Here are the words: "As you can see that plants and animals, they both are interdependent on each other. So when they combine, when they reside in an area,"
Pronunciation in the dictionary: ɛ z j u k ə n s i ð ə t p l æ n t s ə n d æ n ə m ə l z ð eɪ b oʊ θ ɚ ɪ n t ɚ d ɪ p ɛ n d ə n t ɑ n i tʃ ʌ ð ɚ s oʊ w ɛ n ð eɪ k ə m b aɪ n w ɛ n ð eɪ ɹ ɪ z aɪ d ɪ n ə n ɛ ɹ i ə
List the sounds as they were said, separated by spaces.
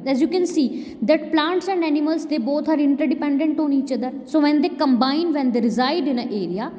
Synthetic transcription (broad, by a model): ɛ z j u k ə n s i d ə t p l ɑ n t s ə n d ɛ n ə m ə l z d eɪ b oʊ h ɚ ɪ n t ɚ d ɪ p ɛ n d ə n t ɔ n i tʃ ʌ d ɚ s oʊ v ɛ n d eɪ k ə m b aɪ n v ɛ n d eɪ ɹ ɪ z aɪ d ɪ n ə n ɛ ɹ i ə